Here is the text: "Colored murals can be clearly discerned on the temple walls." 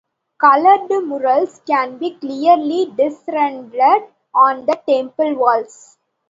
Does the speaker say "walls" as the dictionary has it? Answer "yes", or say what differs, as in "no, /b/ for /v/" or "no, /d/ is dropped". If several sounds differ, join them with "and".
no, /s/ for /z/